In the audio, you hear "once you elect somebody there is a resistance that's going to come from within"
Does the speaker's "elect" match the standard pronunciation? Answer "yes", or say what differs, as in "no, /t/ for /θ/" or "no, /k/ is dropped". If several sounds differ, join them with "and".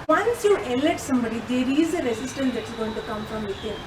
no, /k/ is dropped